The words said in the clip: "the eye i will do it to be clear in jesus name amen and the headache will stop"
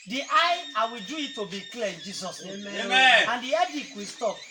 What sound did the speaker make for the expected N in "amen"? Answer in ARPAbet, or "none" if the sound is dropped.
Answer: none